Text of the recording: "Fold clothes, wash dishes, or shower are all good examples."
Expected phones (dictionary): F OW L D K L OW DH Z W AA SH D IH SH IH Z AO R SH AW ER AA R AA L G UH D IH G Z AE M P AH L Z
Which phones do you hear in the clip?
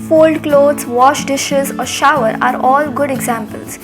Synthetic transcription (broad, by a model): F OW L D K L OW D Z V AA SH D IH SH IH Z AO R SH AW ER AA R AA L G UH D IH G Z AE M P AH L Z